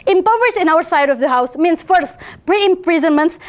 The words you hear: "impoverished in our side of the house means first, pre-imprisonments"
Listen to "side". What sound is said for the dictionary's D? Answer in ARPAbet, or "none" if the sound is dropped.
D